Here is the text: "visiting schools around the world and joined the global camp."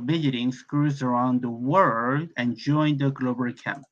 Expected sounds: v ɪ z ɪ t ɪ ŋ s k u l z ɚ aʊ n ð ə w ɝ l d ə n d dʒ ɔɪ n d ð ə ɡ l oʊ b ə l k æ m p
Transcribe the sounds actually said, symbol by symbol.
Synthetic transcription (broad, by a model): v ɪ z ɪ t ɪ ŋ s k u z ɚ aʊ n ð ə w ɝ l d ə n dʒ ɔɪ n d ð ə ɡ l oʊ b ə l k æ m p